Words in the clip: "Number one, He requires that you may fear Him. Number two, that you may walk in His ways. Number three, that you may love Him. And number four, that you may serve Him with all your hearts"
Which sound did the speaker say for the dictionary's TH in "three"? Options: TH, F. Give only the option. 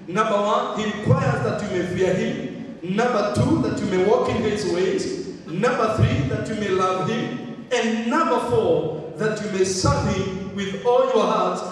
TH